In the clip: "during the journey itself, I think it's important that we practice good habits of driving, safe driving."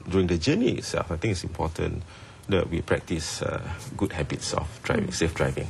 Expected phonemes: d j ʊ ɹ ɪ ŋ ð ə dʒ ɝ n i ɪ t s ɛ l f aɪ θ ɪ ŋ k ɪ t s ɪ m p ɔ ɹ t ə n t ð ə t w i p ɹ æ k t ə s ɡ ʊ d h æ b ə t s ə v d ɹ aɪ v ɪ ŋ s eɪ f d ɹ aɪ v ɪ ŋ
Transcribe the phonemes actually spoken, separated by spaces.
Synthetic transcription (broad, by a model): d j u ɹ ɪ ŋ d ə dʒ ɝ n i ɪ t s ɛ l f aɪ t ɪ ŋ ɪ t s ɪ m p ɔ t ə n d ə t w i p ɹ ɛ k t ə s ɡ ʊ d h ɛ b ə t s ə f d ɹ aɪ v ɪ ŋ s eɪ f d ɹ aɪ v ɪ ŋ